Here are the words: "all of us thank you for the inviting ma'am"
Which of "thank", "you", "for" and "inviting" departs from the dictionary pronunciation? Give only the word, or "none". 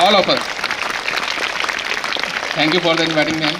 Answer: thank